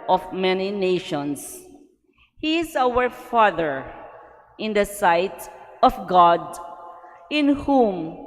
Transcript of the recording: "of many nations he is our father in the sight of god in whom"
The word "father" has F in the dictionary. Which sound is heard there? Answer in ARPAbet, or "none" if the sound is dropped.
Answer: F